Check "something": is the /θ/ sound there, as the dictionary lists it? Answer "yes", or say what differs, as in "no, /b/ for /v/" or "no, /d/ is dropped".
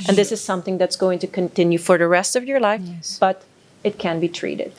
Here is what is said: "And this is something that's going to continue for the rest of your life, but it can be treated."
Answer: yes